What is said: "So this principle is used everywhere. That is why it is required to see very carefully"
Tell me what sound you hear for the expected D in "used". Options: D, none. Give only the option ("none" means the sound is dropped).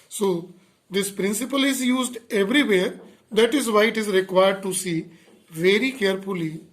D